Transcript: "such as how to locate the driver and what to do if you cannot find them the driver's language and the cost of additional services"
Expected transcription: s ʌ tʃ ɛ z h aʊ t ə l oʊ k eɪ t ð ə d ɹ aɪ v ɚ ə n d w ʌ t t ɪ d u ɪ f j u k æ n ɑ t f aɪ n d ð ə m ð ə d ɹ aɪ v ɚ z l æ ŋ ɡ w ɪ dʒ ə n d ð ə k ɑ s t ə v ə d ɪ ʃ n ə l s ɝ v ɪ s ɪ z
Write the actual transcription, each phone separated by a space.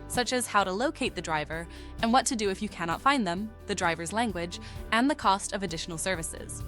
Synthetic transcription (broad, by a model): s ʌ tʃ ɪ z h aʊ t ə l oʊ k eɪ t ð ə d ɹ aɪ v ɚ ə n w ʌ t t ɪ d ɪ ɪ f j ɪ k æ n ɑ t f aɪ n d ð ə m ð ə d ɹ aɪ v ɚ z l æ ŋ ɡ w ɪ dʒ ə n ð ə k ɑ s t ə v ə d ɪ ʃ n l s ɝ v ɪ s ɪ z